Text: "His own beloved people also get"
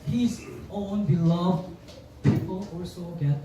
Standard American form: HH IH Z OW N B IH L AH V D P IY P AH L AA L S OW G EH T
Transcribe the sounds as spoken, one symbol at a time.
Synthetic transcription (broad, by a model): HH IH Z OW N B IH L AH V D P IY P AH L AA S OW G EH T